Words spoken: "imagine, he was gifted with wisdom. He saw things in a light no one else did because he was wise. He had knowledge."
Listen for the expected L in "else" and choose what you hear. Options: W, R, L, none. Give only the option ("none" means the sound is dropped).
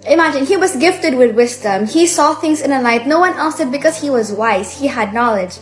none